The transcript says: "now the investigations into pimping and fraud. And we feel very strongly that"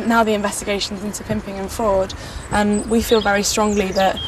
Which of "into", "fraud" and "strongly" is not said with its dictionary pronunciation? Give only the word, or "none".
fraud